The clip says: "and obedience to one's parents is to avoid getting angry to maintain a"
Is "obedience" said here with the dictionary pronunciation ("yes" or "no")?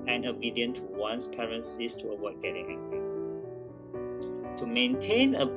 no